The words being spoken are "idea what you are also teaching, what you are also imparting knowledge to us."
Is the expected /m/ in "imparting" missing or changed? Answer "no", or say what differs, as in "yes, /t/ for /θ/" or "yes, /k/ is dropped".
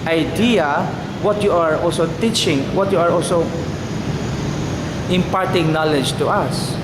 no